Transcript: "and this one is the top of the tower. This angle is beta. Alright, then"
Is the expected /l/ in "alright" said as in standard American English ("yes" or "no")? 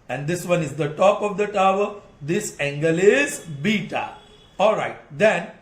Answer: yes